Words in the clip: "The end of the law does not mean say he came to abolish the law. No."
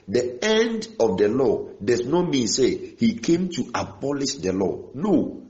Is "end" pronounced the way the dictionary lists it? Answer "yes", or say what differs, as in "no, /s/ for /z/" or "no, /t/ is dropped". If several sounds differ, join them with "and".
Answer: yes